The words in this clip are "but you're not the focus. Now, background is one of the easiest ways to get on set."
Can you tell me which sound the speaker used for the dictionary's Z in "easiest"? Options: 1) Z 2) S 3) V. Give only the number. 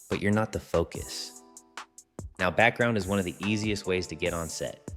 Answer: 1